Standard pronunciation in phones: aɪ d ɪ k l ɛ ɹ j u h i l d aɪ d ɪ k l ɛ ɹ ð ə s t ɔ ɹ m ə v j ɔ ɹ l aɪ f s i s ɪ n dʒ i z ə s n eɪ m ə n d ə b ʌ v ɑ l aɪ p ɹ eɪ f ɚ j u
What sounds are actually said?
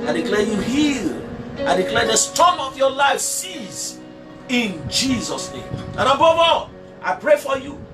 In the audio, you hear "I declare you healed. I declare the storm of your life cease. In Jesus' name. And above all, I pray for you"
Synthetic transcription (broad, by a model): aɪ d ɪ k l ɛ j u h i l aɪ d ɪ k l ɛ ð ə s t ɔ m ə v j ɔ l aɪ f s i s ɪ n dʒ i z ə s n eɪ m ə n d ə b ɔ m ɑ aɪ p ɹ eɪ f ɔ j u